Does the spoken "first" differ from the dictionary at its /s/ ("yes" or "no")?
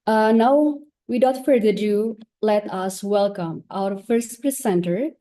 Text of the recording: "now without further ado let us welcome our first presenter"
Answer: no